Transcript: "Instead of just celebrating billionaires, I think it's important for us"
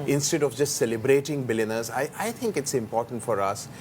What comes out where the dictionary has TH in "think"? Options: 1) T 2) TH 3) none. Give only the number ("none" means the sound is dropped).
1